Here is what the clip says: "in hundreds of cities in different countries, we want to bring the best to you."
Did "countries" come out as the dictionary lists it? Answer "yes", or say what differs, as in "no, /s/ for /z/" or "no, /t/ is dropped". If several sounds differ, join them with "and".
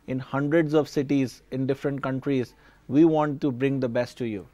yes